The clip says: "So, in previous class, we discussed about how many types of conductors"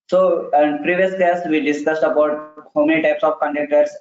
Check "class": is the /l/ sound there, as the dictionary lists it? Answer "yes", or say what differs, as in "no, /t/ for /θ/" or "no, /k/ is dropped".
no, /l/ is dropped